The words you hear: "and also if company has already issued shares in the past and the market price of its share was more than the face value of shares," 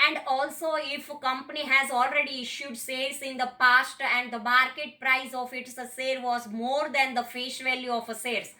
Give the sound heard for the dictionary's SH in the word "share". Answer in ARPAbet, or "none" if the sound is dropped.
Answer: S